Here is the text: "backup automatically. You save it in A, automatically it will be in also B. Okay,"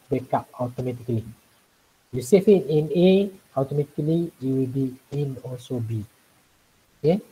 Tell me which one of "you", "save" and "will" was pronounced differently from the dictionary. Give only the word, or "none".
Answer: save